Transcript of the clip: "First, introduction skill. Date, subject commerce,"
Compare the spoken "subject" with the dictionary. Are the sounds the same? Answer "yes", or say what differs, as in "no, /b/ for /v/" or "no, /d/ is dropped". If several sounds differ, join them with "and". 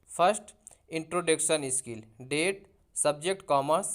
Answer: yes